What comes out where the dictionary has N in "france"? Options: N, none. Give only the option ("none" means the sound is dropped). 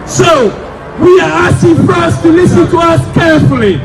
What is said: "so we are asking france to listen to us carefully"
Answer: none